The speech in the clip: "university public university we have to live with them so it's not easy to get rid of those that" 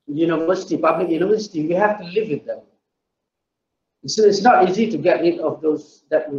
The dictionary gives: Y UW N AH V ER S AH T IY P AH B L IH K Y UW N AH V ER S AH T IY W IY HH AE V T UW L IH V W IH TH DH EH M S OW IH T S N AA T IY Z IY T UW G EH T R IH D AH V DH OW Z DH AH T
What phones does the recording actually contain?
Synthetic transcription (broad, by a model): Y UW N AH V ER S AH T IY P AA B L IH K Y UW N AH V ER S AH T IY W IY HH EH F T UW L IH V W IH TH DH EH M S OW IH T S N AA T IY Z IY T UW G EH T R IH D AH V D OW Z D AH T